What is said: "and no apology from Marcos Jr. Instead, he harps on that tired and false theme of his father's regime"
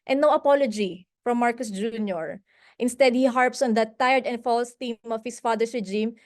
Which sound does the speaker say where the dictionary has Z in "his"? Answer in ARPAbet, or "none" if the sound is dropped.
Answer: S